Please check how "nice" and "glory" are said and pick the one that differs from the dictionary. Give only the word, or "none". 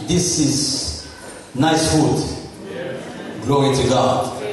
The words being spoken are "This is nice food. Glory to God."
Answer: glory